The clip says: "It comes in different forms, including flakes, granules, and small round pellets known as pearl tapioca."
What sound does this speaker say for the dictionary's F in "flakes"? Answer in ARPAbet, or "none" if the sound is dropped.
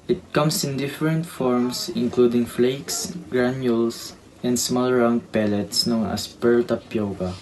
F